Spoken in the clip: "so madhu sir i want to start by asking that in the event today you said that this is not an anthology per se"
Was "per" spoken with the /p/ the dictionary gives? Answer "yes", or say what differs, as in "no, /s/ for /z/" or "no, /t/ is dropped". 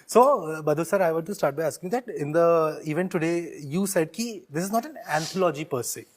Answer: yes